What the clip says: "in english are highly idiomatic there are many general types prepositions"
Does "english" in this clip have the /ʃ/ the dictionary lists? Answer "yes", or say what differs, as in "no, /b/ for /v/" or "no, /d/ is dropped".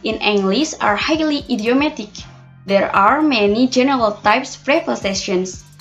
no, /s/ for /ʃ/